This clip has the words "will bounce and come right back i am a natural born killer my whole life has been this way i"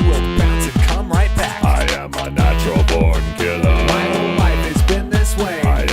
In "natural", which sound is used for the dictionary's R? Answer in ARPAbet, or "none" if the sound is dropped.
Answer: none